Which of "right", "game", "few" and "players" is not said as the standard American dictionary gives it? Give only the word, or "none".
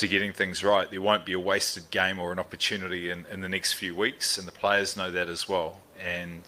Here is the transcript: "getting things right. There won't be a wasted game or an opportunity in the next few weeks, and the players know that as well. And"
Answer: none